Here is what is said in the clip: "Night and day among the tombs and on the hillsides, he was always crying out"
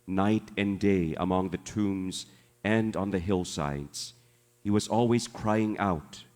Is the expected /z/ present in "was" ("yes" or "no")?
yes